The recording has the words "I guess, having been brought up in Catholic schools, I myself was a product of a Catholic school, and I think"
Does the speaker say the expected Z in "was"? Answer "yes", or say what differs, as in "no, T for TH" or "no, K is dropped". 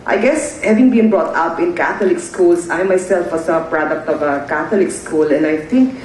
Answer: no, S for Z